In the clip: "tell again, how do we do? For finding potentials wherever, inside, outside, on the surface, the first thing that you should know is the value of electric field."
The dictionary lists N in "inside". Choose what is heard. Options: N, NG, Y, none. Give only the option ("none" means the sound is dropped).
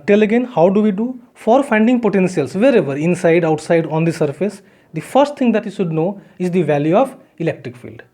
N